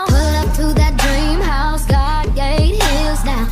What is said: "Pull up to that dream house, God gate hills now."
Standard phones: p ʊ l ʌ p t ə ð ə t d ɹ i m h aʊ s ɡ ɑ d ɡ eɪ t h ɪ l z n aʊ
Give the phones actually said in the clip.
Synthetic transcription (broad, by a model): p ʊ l ʌ p t ə ð ə t d ɹ i m h aʊ s ɡ ɑ d ɡ eɪ t h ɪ z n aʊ